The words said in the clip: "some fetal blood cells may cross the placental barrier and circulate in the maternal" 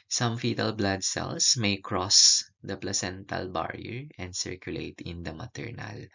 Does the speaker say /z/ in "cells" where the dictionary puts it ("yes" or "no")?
no